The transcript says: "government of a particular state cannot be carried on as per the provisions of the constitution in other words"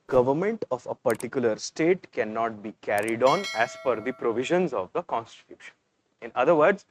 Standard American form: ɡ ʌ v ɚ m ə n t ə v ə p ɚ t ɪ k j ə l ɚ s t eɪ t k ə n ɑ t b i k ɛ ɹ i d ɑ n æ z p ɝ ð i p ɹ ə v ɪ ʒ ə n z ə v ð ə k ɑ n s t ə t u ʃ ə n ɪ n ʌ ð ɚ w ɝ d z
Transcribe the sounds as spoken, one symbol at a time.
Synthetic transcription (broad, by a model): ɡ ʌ v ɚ m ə n t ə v ə p ɚ t ɪ k j ə l ɚ s t eɪ t k ə n ɑ t b i k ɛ ɹ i d ɑ n æ z f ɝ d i p ɹ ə v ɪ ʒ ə n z ə v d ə k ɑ n s t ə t u ʃ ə n ɪ n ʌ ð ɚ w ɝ d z